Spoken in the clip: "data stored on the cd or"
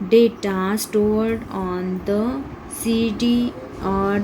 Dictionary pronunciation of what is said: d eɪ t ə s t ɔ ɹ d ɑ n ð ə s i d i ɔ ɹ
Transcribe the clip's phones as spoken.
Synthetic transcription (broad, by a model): d eɪ t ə s t ɔ ɹ d ɑ n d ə s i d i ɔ ɹ